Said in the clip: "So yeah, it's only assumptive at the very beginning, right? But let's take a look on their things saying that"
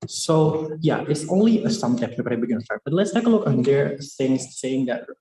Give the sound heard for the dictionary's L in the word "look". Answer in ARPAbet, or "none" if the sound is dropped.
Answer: L